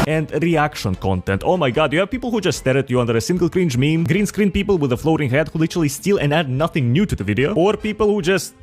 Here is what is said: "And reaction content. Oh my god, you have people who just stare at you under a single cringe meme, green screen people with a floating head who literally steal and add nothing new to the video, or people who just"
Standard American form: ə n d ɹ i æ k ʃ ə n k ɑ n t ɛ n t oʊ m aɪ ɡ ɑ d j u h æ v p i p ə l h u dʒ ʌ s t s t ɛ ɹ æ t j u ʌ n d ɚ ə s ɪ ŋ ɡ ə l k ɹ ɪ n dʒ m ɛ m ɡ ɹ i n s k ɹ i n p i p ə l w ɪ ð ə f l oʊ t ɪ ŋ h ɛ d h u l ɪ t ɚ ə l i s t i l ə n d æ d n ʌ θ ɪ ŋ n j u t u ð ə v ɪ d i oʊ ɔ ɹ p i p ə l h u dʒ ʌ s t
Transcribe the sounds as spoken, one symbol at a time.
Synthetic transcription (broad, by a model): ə n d ɹ i æ k ʃ ə n k ɑ n t ɛ n t oʊ m aɪ ɡ ɑ d j u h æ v p i p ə l h u dʒ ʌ s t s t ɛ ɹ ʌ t j u ʌ n d ɚ ə s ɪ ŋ ɡ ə l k ɹ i n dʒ m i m ɡ ɹ i n s k ɹ i n p i p ə l w ɪ ð ə f l oʊ t ɪ ŋ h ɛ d h u l ɪ t ɚ ə l i s t i l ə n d æ d n ʌ θ ɪ ŋ n j u t u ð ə v ɪ d i oʊ ɔ ɹ p i p ə l h u dʒ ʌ s t